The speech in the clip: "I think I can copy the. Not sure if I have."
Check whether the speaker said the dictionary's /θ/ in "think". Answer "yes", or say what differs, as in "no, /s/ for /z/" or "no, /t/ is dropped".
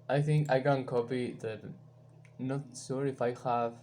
yes